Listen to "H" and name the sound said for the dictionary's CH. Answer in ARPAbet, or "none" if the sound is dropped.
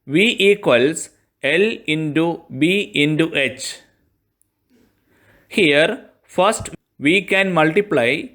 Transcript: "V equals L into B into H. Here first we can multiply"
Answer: CH